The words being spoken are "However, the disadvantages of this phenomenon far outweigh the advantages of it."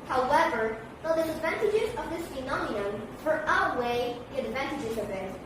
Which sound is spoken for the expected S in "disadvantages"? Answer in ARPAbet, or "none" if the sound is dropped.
none